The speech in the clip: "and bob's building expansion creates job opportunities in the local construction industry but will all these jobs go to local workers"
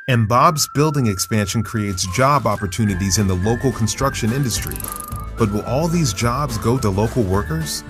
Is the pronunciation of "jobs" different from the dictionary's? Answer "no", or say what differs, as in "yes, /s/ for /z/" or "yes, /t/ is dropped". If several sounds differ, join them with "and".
no